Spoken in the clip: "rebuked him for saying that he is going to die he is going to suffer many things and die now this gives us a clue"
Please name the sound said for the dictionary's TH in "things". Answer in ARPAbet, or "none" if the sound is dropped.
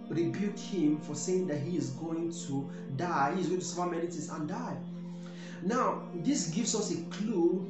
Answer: T